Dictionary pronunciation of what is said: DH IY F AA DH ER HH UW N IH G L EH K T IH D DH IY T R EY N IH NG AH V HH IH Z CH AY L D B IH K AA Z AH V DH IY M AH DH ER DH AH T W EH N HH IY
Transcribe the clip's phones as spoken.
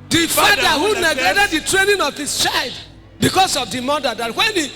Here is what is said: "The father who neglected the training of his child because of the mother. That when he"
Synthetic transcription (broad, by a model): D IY F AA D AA HH UW N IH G EH T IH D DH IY T R EY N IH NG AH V HH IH S CH AY L D B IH K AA S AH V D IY M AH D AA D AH T W EH N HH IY